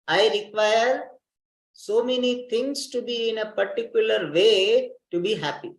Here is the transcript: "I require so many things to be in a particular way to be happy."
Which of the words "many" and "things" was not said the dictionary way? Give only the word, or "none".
things